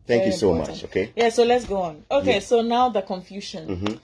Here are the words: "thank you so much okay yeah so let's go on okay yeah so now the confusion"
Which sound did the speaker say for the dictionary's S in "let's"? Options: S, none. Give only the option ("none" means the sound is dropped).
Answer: S